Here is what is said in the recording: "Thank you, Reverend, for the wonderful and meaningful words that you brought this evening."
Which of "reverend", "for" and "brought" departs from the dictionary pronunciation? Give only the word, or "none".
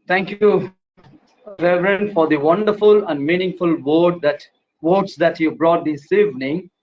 none